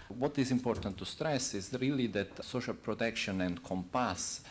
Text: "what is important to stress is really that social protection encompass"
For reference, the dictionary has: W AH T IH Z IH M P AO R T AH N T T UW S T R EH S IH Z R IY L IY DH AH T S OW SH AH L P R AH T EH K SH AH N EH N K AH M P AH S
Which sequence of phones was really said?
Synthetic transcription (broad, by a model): W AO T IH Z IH M P AO R T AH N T T UW S T R EH S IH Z R IY L IY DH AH T S OW SH AH L P R AH T EH K SH AH N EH N K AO M P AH S